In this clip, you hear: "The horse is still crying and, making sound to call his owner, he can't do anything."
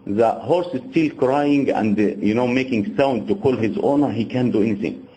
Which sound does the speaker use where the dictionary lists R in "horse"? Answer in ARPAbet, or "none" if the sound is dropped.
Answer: R